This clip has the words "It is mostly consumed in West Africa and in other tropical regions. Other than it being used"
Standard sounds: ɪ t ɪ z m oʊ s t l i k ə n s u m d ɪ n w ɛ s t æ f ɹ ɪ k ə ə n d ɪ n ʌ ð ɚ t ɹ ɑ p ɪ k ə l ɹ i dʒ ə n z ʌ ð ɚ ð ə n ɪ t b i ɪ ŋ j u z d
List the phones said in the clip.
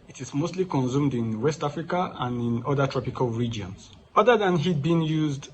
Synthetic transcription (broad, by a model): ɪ t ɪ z m oʊ s t l i k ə n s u m d ɪ n w ɛ s t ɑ f ɹ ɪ k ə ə n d ɪ n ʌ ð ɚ t ɹ ɑ p ɪ k ə l ɹ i dʒ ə n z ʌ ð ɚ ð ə n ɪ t b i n j u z d